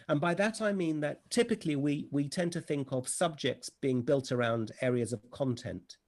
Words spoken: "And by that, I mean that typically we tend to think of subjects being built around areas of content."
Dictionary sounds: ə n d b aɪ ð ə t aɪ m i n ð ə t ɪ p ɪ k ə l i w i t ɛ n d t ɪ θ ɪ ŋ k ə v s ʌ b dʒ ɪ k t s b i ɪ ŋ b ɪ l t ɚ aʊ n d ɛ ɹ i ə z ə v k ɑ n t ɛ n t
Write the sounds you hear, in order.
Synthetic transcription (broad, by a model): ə n b aɪ ð ə t aɪ m i n ð ə t ɪ p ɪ k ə w i w i t ɛ n t ɪ θ ɪ ŋ k ə v s ʌ b dʒ ɪ k t s b i ɪ ŋ b ɪ l t ɚ aʊ n d ɛ ɹ i ə z ə v k ɑ n t ɛ n t